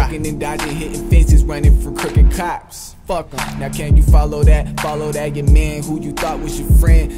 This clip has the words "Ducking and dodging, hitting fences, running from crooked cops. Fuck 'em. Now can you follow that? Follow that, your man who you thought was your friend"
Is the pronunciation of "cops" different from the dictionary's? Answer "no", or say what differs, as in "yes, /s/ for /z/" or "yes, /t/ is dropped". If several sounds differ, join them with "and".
no